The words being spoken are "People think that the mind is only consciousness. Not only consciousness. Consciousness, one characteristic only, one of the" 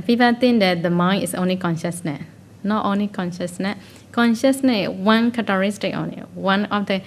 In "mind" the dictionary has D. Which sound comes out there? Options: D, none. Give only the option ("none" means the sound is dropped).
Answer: none